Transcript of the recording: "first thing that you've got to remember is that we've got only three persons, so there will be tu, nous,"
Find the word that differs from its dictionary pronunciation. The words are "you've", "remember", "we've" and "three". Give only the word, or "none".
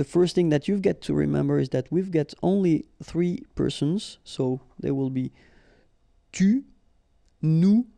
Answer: none